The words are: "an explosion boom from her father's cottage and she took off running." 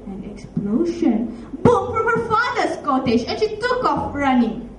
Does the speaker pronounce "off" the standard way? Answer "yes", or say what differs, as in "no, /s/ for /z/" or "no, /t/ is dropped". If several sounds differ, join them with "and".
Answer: yes